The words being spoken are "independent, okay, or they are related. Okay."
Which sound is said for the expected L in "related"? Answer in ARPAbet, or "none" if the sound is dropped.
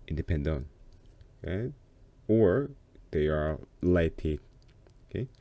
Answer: none